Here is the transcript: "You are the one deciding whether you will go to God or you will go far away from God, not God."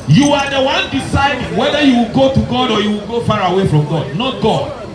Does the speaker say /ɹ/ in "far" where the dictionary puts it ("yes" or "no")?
yes